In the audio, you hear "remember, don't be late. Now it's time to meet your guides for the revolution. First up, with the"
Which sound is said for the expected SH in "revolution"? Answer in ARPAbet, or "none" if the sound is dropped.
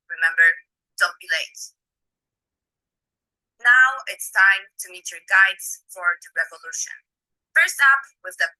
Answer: SH